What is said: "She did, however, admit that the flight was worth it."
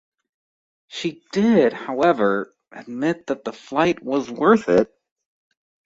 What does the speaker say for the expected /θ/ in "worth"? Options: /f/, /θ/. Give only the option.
/θ/